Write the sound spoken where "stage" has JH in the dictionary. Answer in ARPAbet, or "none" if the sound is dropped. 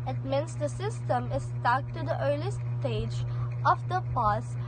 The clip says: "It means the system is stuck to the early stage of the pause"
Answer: JH